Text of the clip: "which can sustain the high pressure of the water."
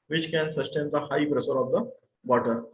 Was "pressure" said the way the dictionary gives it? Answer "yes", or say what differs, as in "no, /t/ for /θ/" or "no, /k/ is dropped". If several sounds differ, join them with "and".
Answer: no, /s/ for /ʃ/